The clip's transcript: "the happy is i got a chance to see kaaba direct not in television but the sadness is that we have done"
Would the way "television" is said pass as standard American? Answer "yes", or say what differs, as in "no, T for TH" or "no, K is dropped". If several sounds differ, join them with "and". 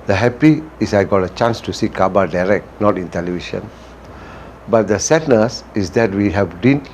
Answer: no, SH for ZH